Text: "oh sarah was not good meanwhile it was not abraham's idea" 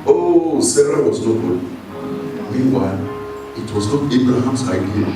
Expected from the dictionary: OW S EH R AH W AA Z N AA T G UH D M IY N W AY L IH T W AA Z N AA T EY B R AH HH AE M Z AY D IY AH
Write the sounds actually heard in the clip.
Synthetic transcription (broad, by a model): OW S EH R AH W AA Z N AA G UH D M IY N W AY L IH T W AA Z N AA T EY B R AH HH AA M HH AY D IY